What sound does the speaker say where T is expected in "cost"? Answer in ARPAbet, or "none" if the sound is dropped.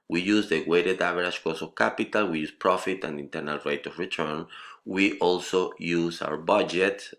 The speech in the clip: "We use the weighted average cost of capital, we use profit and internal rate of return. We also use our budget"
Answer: none